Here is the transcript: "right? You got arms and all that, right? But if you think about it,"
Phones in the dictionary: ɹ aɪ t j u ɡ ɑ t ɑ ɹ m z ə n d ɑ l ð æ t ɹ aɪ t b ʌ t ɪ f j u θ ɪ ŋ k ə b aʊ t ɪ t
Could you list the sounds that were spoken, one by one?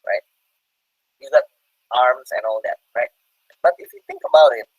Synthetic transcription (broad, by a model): ɹ aɪ t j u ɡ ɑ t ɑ ɹ m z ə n ɑ l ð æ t ɹ aɪ t b ʌ t ɪ f j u θ ɪ ŋ k ə b aʊ t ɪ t